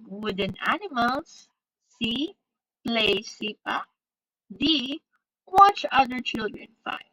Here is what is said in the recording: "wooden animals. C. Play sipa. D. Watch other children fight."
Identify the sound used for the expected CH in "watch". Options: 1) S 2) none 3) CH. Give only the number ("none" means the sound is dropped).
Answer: 3